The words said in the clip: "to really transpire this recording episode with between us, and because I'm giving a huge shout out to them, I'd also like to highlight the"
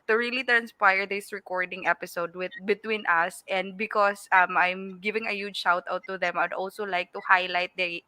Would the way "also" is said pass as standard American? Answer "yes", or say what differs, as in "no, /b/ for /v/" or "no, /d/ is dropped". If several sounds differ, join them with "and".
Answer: yes